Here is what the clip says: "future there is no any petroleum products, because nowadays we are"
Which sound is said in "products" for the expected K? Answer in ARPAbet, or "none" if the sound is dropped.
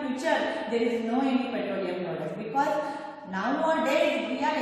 none